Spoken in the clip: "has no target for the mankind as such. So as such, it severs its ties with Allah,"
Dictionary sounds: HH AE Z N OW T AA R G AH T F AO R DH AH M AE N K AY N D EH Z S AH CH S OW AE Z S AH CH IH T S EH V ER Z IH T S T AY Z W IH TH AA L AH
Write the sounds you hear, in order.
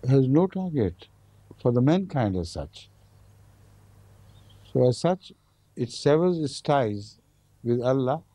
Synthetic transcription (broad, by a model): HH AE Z N OW T AA R G AH T F AO R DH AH M AE N K AY N D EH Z S AH CH S OW AE Z S AH CH IH T S EH V ER Z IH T S T AY Z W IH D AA L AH